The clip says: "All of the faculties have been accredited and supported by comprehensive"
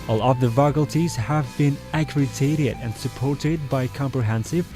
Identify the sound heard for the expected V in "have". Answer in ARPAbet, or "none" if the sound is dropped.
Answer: V